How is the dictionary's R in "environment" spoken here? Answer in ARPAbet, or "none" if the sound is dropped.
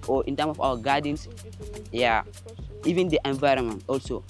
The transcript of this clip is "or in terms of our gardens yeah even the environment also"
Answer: R